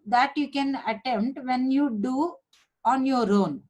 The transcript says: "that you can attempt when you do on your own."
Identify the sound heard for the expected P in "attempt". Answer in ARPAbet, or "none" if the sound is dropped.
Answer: none